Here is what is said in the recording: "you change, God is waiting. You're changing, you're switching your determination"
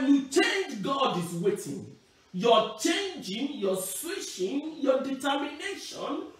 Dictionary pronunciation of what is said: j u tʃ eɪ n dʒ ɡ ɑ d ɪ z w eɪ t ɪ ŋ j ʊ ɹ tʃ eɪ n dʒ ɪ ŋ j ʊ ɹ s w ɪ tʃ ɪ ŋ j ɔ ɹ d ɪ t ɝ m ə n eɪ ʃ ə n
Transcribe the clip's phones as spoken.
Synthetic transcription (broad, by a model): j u tʃ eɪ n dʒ ɡ ɑ d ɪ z w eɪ t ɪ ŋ j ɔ tʃ eɪ n dʒ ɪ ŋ j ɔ s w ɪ ʃ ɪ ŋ j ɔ d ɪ t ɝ m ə n eɪ ʃ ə n